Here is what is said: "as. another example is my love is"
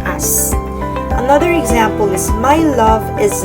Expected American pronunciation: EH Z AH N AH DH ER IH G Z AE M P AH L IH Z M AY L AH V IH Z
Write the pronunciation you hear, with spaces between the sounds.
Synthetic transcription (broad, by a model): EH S AH N AH DH ER IH G Z AE M P AH L IH Z M AY L AH V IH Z